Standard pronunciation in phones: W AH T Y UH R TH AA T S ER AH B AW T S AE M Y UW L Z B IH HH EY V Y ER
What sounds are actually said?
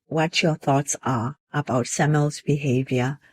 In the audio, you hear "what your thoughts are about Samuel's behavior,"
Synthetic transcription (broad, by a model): W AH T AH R TH AA T S ER AH B AW T S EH M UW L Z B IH HH EY V Y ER